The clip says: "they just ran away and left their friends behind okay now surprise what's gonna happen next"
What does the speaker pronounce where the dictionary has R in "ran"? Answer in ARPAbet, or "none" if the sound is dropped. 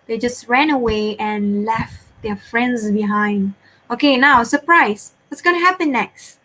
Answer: R